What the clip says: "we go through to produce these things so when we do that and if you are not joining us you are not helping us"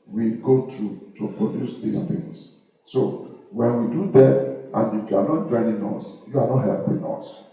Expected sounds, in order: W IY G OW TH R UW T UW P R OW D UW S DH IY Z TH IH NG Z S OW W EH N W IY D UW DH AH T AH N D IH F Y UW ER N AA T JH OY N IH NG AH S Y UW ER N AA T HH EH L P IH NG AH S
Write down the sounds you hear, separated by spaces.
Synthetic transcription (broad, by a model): W IY G OW T R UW T UW P R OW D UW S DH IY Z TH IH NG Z S OW W EH N W IY D UW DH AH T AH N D IH F Y UW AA N AA T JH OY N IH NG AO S Y UW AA N AA T HH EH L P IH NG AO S